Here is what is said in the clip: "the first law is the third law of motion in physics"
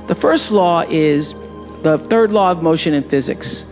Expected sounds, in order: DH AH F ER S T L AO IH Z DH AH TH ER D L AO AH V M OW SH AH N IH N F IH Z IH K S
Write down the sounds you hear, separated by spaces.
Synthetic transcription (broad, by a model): DH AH F ER S T L AO IH Z DH AH TH ER D L AO AH V M OW SH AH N IH N F IH Z IH K S